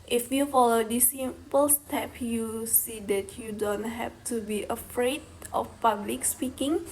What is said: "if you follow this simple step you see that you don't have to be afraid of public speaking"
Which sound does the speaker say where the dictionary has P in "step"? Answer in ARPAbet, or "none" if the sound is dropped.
P